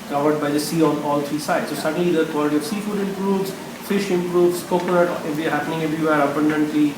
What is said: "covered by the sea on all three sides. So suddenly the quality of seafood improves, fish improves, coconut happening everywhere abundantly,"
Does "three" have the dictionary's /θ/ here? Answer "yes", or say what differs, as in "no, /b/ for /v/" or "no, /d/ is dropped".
no, /t/ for /θ/